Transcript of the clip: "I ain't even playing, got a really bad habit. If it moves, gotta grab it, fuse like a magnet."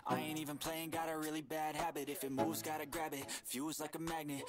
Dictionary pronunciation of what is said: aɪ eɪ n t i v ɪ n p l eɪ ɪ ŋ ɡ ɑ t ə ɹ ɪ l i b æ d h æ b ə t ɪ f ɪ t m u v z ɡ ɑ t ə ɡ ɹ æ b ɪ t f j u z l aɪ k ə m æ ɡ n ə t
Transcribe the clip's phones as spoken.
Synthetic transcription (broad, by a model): aɪ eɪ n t i v ɪ n p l eɪ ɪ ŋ ɡ ɑ t ə ɹ ɪ l i b æ d h æ b ə t ɪ f ɪ t m u v z ɡ ɑ t ə ɡ ɹ æ b ɪ t f j u z l aɪ k ə m æ ɡ n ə t